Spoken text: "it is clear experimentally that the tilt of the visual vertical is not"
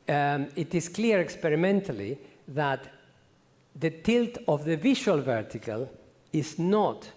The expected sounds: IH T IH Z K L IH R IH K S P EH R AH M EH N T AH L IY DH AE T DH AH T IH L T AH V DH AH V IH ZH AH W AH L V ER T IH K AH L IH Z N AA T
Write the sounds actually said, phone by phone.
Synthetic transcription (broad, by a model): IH T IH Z K L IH R IH K S P EH R AH M EH N T AH L IY DH AE T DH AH T IH L T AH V DH AH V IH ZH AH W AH L V ER T IH K AH L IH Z N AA T